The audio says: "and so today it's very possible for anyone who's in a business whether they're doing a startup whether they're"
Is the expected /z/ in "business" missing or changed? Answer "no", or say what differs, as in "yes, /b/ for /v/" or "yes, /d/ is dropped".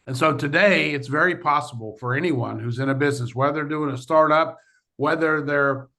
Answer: no